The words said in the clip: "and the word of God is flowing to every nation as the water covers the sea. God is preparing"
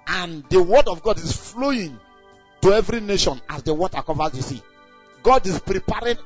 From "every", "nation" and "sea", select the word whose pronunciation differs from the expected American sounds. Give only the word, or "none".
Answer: none